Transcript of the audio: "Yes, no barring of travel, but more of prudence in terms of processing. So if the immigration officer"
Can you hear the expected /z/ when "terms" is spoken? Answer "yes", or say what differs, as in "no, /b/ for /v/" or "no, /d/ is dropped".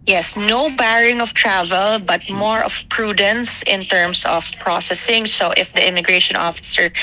no, /s/ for /z/